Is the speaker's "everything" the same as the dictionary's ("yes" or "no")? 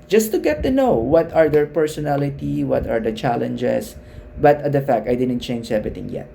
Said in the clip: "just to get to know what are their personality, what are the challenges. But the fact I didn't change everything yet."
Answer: no